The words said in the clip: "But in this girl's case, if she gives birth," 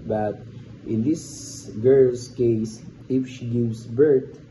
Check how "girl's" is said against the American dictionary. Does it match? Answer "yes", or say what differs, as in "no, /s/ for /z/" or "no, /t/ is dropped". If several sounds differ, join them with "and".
no, /s/ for /z/